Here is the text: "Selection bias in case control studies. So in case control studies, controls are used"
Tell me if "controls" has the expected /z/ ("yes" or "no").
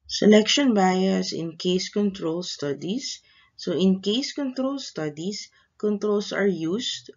no